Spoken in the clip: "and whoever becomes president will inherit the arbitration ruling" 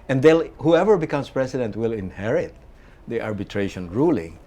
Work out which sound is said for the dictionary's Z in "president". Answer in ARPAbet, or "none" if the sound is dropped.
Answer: S